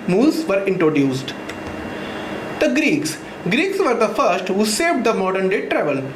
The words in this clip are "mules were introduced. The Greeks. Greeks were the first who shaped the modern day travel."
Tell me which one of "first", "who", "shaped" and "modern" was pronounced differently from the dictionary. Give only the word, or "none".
shaped